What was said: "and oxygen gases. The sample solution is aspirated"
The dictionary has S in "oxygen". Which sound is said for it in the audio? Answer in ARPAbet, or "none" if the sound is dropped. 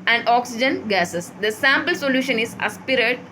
S